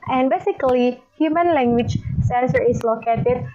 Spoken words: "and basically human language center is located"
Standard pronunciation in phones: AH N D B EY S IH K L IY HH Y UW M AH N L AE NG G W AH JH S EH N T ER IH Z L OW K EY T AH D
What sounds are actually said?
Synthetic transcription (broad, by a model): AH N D B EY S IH K L IY HH Y UW M AH N L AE NG G W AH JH S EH N S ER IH S L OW K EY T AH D